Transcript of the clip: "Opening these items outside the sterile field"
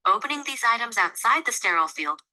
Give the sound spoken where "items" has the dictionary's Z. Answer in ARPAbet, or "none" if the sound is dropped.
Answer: Z